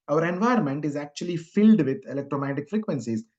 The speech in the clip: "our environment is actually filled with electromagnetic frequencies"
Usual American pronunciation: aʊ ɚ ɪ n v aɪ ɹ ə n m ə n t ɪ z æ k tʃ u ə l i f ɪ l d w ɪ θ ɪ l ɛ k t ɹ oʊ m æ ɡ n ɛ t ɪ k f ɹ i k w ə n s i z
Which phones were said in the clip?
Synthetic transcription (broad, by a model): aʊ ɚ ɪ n v aɪ ə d m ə n t ɪ z æ k tʃ u ə l i f ɪ l d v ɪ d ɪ l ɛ k t ɹ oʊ m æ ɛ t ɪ k f ɹ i k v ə n s i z